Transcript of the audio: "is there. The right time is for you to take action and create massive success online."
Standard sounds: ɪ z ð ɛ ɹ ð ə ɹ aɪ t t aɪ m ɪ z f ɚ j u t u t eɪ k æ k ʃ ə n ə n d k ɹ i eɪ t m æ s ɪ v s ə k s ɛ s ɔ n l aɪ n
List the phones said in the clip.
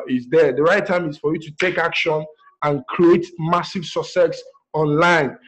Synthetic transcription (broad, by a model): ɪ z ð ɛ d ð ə ɹ aɪ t t aɪ m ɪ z f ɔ j u t u t eɪ k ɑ k ʃ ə n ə n k ɹ i eɪ t m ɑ s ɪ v s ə s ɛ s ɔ n l aɪ n